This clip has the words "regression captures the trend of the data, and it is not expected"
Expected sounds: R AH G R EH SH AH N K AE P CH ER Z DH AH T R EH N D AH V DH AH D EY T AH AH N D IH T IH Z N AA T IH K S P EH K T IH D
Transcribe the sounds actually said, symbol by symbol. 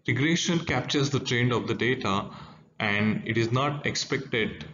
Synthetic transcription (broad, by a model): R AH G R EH SH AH N K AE P CH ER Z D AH T R EH N D AH V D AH D EY T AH AH N D IH T IH Z N AA T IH K S P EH K T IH D